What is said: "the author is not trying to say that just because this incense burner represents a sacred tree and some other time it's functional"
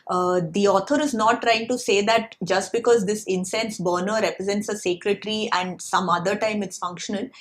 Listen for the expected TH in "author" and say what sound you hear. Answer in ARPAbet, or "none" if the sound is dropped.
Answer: T